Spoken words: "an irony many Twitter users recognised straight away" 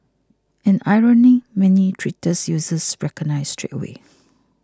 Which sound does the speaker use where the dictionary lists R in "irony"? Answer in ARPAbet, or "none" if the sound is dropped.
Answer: R